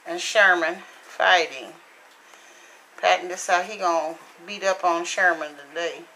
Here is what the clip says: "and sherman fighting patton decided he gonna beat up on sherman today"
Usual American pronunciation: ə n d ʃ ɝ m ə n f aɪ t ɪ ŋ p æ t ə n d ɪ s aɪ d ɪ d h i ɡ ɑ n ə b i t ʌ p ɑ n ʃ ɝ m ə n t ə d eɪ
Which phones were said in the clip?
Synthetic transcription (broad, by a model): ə n ʃ ɝ m ə n f aɪ t ɪ ŋ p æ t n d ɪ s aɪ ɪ h i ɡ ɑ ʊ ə b i t ʌ p n ʃ ɝ m ə n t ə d eɪ